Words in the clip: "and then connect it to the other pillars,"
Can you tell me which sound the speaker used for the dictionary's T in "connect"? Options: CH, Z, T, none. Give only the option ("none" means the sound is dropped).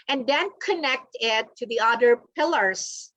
T